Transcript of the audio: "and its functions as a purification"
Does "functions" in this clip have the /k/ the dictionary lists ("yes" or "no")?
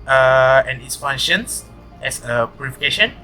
no